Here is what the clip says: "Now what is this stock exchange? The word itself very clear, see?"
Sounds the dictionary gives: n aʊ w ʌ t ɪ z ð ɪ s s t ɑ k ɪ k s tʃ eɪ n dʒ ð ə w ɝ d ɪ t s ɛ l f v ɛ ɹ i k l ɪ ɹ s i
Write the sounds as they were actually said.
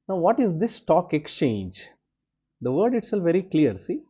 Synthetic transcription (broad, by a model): n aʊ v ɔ t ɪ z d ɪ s s t ɑ k ɪ k s tʃ eɪ n dʒ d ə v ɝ d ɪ t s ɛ l v ɛ ɹ i k l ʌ ɹ s i